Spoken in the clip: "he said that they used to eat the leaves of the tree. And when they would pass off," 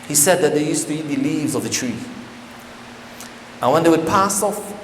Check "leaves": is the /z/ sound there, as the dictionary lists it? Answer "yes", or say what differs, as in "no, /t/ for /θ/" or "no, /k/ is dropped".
yes